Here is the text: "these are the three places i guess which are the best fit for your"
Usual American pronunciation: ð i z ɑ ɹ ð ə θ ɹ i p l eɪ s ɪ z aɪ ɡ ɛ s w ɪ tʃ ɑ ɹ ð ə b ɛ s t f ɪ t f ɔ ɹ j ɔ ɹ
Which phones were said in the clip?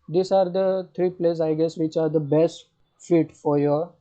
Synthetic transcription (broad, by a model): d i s ɑ ɹ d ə t ɹ i p l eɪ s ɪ ɪ ɡ ɛ s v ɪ tʃ ɑ ɹ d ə b ɛ s t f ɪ t f ɔ ɹ j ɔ ɹ